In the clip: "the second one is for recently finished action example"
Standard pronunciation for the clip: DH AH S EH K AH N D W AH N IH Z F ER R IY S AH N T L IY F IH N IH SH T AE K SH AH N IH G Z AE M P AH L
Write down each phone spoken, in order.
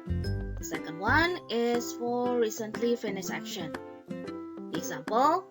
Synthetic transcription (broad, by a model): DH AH S EH K AH N D W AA N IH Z F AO R IY S AH N T L IY F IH N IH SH AE K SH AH N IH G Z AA M P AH L